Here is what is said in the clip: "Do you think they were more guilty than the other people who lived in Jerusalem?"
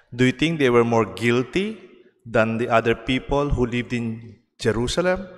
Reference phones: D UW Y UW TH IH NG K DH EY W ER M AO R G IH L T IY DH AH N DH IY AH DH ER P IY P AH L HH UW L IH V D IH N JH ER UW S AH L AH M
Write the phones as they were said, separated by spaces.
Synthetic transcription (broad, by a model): D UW Y UW T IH NG K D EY W ER M AO R G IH L T IY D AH N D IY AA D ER P IY P AH L HH UW L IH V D IH N JH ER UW S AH L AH M